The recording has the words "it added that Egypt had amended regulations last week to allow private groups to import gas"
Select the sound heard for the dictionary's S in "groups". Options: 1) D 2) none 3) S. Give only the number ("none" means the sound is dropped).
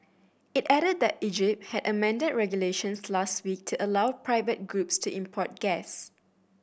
3